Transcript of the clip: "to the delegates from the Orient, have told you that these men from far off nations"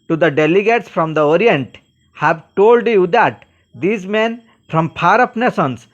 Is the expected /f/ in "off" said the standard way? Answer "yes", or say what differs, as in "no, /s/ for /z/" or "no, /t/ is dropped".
no, /p/ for /f/